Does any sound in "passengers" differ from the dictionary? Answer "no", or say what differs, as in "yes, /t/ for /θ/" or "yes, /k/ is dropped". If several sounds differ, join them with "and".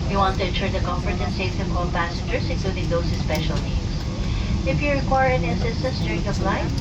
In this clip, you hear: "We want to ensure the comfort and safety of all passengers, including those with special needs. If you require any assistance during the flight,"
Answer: yes, /s/ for /z/